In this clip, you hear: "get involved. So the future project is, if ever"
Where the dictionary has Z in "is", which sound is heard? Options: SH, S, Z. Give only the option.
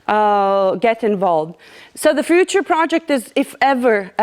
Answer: Z